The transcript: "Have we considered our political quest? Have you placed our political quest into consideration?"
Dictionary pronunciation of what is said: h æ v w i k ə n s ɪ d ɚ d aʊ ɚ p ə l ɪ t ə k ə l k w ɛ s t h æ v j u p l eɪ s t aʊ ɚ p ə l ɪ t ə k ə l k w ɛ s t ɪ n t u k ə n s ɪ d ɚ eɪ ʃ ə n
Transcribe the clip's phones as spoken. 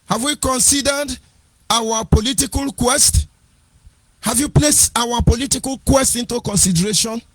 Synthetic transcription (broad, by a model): h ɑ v w i k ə n s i d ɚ d aʊ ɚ p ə l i t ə k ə l k w ɛ s t h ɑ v j u p l eɪ s t aʊ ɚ p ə l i t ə k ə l k w ɛ s t ɪ n t u k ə n s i d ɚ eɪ ʃ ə n